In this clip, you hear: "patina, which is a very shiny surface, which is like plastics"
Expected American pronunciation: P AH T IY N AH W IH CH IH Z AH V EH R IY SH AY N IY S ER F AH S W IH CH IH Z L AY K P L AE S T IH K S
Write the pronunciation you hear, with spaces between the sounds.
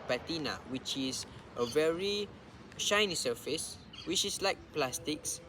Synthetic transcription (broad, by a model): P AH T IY N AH W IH CH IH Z AH V EH R IY SH AY N IY S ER F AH S W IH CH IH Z L AY K P L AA S T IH K S